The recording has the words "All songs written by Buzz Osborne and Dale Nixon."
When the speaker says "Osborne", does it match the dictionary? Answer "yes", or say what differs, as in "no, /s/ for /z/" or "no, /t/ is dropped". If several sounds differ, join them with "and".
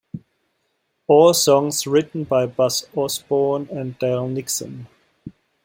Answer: no, /s/ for /z/